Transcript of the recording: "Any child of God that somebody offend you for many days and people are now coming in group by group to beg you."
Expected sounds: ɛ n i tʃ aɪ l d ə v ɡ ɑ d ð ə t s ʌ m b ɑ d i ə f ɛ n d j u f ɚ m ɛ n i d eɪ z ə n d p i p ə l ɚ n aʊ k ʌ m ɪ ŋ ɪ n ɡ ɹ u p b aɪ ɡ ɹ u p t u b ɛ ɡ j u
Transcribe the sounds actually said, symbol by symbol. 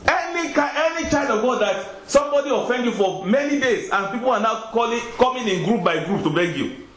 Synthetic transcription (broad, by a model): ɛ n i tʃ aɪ d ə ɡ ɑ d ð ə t s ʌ m b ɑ d i ə f ɛ n d j u f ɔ m ɛ n i d eɪ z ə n p i p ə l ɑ n aʊ k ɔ m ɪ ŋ ɪ n ɡ ɹ u p b aɪ ɡ ɹ u p t u b ɛ ɡ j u